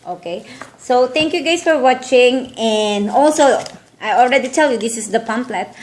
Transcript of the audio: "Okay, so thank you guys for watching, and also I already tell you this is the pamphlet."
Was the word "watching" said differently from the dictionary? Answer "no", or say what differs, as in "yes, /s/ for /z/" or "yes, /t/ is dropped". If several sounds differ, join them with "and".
no